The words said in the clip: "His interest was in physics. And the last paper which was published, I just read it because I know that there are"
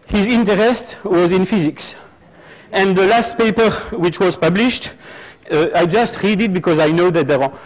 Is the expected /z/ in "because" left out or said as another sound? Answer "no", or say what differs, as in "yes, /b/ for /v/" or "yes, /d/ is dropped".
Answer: no